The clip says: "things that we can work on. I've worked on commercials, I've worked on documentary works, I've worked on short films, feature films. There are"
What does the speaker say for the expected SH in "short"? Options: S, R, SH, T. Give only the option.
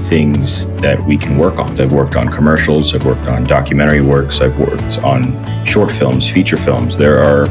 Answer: SH